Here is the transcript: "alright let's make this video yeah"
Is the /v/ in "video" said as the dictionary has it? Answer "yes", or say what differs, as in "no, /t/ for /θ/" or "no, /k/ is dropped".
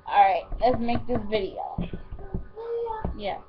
yes